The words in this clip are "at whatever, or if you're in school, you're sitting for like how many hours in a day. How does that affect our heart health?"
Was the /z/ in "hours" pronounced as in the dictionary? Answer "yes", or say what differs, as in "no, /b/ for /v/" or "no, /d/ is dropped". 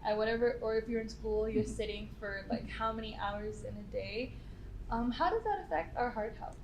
yes